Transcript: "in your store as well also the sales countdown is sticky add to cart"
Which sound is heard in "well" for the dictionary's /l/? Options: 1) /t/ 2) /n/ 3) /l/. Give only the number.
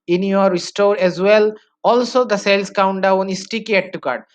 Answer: 3